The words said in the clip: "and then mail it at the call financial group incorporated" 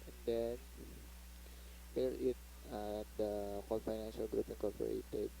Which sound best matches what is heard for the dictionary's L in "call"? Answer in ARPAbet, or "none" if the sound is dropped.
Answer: N